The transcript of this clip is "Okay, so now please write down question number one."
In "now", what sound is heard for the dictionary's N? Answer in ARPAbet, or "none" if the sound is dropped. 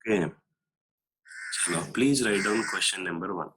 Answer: L